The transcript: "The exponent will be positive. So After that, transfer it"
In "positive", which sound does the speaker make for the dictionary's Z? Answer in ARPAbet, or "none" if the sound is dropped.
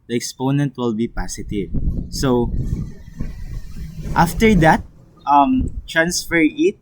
S